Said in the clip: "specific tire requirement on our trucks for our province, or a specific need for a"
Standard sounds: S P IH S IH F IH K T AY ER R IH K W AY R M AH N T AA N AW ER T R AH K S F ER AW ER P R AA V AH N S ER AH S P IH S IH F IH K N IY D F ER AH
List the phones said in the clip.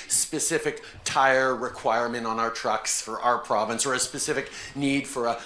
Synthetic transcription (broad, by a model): S P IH S IH F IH K T AY ER R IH K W AY R M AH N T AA N AW ER T R AH K S F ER AW ER P R AA V AH N S ER AH S P IH S IH F IH K N IY D F ER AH